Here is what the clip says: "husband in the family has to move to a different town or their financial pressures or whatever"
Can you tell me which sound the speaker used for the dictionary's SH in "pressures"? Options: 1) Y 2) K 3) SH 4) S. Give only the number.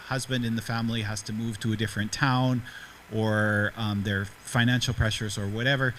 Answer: 3